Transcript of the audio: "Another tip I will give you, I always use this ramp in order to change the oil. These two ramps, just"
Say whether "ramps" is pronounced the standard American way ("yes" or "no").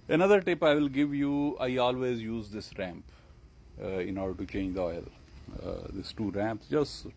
yes